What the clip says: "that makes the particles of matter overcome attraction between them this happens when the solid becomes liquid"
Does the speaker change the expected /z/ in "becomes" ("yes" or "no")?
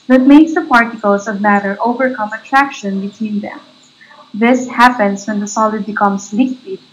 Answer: yes